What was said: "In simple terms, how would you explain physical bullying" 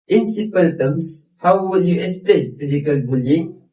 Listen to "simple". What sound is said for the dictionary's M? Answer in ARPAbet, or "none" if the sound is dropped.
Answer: none